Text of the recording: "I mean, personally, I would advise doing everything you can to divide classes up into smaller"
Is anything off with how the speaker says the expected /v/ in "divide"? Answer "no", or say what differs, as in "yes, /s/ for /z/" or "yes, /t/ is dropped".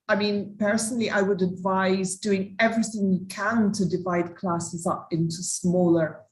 no